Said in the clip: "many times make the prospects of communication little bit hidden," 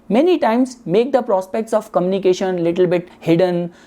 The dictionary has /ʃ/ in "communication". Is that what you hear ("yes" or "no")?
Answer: yes